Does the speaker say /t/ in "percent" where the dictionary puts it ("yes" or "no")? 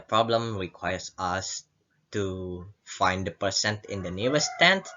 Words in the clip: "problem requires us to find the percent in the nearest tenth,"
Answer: yes